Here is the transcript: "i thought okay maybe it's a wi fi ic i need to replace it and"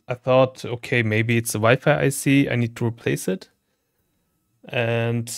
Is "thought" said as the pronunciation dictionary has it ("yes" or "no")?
yes